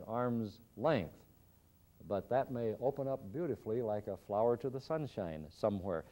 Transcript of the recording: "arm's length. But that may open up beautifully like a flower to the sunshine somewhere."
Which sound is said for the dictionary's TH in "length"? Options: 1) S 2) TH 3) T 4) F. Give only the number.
2